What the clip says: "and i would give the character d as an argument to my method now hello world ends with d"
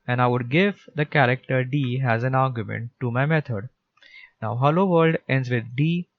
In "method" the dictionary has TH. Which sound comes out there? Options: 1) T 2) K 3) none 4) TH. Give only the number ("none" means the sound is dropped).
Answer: 1